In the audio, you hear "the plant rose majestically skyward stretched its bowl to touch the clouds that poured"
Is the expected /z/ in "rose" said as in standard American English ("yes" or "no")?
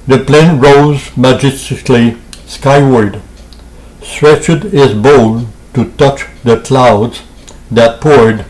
yes